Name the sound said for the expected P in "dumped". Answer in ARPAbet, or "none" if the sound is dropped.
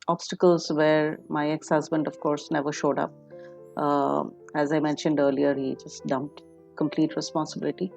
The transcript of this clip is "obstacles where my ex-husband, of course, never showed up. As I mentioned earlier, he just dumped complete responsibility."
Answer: P